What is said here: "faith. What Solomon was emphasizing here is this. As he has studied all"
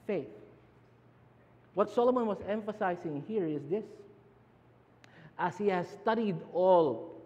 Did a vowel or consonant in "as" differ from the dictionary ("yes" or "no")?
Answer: yes